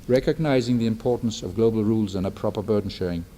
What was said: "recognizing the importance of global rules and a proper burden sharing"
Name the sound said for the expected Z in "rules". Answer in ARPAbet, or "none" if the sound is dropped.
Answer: Z